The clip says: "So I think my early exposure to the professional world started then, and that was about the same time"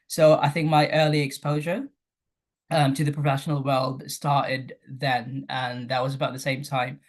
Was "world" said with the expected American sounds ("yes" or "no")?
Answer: yes